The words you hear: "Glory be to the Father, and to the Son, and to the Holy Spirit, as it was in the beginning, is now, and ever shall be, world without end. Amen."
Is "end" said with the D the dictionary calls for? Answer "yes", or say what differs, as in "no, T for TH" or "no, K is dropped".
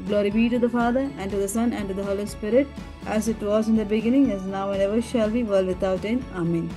no, D is dropped